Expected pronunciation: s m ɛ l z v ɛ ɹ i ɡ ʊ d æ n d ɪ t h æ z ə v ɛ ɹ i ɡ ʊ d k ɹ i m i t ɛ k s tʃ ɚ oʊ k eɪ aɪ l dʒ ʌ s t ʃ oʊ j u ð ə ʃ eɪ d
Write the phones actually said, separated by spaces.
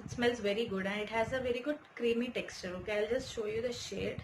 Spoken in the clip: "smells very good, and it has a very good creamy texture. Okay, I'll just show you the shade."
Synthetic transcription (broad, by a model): s m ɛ l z v ɛ ɹ i ɡ ʊ d æ n d ɪ t h æ z ə v ɛ ɹ i ɡ ʊ d k ɹ i m i t ɛ k s tʃ ɚ oʊ k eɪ aɪ l dʒ ʌ s t ʃ oʊ j u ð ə ʃ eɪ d